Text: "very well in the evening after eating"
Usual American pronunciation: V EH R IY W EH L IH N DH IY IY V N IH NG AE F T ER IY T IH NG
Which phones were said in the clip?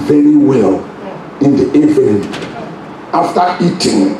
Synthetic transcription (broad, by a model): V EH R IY W EH L IH N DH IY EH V IH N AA F T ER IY T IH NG